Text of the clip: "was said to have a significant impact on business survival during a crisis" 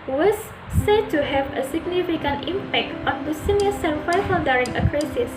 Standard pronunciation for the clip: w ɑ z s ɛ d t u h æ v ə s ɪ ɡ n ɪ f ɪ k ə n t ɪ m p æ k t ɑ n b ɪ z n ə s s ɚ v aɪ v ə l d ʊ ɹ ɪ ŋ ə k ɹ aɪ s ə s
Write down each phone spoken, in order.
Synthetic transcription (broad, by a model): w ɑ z s ɛ d t u h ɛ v ə s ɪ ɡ n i f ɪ k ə n t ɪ m p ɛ k t ɑ n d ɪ s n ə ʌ s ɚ f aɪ f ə n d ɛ ɹ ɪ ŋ ə k ɹ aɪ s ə s